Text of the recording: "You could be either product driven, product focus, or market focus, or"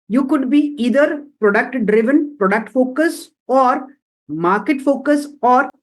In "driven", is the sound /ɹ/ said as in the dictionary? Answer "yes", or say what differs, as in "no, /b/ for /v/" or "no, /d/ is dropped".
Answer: yes